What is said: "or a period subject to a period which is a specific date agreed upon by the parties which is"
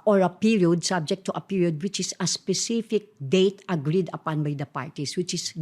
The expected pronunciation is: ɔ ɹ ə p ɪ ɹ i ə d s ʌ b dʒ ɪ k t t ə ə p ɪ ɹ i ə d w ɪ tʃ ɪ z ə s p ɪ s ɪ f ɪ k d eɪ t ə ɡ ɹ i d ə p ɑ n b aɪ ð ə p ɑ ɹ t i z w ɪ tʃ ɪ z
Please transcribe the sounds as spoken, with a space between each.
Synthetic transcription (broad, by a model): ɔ ɹ ə p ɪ ɹ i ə d s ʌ b dʒ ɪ k t t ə ə p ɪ ɹ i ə d w ɪ tʃ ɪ s ə s p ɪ s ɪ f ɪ k d eɪ t ə ɡ ɹ i d ə p ɑ n b aɪ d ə p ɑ ɹ t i s w ɪ tʃ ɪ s